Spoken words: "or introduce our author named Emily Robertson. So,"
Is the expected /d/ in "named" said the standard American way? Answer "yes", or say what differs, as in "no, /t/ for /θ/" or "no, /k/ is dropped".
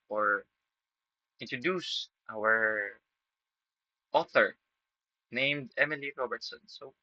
yes